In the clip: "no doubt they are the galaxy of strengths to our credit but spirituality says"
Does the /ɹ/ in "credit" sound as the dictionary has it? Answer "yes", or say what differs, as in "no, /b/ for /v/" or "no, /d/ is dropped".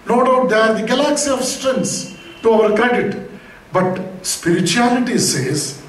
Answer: no, /ɹ/ is dropped